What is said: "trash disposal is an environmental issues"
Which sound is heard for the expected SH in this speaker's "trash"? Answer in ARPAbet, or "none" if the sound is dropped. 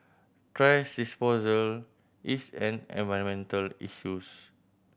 S